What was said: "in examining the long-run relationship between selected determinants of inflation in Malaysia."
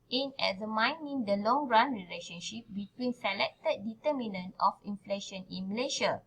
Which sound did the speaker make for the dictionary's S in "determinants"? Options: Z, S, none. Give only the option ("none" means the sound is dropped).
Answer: none